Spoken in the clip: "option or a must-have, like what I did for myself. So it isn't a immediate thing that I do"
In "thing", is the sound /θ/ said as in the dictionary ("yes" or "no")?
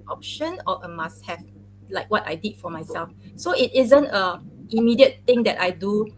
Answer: no